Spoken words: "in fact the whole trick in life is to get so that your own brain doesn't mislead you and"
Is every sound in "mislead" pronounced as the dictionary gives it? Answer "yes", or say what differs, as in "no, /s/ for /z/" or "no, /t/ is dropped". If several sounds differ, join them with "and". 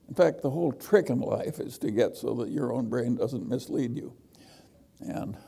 yes